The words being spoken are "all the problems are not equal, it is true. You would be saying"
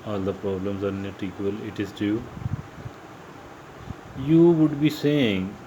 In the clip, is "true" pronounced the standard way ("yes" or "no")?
no